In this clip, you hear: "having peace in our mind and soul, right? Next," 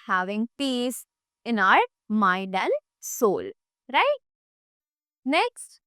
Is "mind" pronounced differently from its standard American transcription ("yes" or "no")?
yes